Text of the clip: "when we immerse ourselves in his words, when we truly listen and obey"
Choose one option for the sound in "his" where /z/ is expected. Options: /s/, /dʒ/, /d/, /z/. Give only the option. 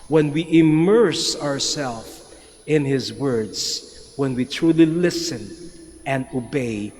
/z/